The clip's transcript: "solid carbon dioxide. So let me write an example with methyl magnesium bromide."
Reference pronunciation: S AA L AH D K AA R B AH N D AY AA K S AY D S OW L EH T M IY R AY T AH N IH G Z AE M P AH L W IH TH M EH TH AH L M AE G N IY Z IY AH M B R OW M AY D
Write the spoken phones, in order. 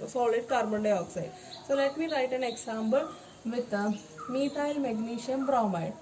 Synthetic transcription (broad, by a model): S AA L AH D K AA R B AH N D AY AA K S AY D S OW L EH T M IY R AY T AH N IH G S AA M B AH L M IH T M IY T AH L M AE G N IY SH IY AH M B R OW M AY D